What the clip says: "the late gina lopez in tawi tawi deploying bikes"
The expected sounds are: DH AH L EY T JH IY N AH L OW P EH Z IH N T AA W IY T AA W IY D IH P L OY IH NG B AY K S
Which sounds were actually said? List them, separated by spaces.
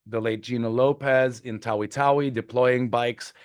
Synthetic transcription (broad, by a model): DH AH L EY T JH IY N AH L OW P EH Z IH N T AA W IY T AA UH IY D IH P L OY IH NG B AY K S